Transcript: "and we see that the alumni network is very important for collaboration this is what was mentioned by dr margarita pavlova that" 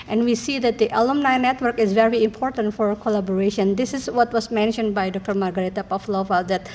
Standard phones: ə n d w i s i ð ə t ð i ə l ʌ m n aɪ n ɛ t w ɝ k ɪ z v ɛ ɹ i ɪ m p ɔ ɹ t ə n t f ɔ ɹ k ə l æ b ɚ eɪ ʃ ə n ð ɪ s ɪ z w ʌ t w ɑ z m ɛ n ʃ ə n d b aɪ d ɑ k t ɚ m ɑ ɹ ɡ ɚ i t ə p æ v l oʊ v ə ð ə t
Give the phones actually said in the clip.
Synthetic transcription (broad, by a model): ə n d w i s i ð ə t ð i ə l ʌ m n aɪ n ɛ t w ɝ k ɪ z v ɛ ɹ i ɪ m p ɔ ɹ t ə n t f ɔ ɹ k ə l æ b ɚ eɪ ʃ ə n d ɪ s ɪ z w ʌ t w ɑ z m ɛ n ʃ ə n d b aɪ d ɑ k t ɚ m ɑ ɹ ɡ ɚ i t ə p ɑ f l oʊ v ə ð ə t